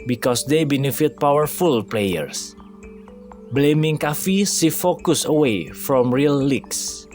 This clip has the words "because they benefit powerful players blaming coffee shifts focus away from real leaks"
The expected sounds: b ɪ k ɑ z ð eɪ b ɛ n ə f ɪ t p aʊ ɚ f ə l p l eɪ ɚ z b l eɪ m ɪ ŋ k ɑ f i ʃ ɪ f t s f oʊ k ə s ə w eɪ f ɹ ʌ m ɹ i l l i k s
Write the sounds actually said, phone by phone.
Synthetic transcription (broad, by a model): b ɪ k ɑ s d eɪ b ɛ n ə f ɪ t p aʊ ɚ f ə l p l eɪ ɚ s b l eɪ m ɪ ŋ k ɑ f i s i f f oʊ k ə s ə w eɪ f ɹ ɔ m ɹ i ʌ l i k s